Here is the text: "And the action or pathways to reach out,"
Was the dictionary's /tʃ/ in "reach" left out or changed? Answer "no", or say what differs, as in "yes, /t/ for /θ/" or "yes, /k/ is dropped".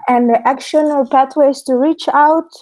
no